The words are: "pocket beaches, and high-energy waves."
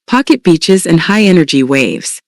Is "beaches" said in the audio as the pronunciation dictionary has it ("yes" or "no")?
yes